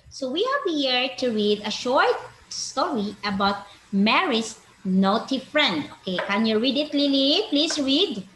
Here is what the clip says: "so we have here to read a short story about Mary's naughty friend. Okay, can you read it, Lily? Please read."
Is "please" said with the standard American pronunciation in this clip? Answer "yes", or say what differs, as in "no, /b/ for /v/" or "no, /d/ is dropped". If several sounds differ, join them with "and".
no, /s/ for /z/